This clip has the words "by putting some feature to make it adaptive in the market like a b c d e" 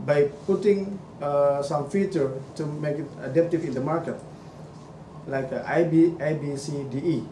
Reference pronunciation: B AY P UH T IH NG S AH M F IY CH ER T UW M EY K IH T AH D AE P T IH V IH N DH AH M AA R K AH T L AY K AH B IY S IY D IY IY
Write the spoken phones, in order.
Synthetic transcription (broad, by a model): B AY P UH T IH NG S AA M F IY CH ER T UW M EY K IH T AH D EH P T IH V IH N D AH M AA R K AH T L AY K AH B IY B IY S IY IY